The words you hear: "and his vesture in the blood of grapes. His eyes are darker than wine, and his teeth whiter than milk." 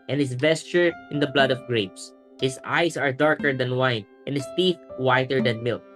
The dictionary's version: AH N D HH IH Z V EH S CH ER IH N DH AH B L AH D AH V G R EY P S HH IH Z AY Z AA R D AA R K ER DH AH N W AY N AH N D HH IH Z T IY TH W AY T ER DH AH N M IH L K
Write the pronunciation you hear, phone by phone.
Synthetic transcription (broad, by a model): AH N HH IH S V EH S CH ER IH N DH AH B L AH D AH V G R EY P S HH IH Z AY S AA R D AA R K ER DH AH N W AY N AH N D HH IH S T IY TH W AY T ER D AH N M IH L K